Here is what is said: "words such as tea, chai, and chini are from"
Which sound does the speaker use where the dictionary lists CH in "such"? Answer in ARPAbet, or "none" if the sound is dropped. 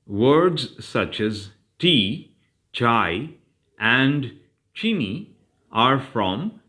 CH